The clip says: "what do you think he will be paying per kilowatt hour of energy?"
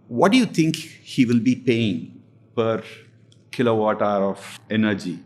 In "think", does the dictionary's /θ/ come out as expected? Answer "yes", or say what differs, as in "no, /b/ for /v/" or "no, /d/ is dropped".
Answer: no, /t/ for /θ/